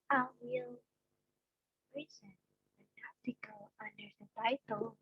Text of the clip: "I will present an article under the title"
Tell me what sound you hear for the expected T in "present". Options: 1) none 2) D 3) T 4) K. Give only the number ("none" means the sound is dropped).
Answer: 1